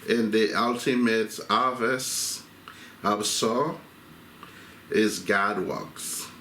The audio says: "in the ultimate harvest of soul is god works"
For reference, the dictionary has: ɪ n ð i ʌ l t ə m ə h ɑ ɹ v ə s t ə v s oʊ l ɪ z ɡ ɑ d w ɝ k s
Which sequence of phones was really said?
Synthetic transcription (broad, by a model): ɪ n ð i ʌ l t ə m ə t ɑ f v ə s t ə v s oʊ ɪ z ɡ ɑ d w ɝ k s